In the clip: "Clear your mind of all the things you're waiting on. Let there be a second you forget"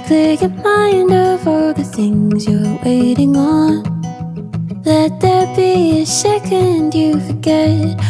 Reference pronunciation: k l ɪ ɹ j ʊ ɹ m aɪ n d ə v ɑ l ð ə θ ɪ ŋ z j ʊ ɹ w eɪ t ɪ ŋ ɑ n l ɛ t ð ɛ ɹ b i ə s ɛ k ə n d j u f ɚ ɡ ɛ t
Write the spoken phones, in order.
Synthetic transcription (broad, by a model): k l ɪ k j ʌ m aɪ n d ə v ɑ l ð ə θ ɪ ŋ z j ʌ ɹ w eɪ t ɪ ŋ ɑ n l ɛ t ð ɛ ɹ b i ə ʃ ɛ k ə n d j u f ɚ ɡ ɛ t